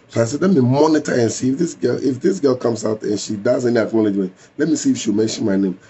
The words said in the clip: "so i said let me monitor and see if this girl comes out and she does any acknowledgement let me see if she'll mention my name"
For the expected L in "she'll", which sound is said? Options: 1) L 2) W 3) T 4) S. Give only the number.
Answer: 2